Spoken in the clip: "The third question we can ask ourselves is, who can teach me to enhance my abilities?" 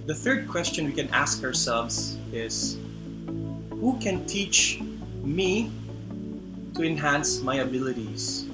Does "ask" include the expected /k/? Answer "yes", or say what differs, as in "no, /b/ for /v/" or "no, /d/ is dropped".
yes